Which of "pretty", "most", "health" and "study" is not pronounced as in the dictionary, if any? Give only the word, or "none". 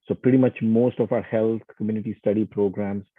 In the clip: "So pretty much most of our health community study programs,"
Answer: health